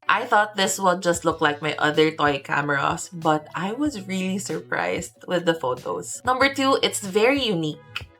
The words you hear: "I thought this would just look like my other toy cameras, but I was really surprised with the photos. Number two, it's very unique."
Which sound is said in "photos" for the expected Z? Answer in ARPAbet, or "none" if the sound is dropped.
S